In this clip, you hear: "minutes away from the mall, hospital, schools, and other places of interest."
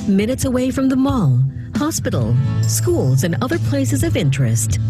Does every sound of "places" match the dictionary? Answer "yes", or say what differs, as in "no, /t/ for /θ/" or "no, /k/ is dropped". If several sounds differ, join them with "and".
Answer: yes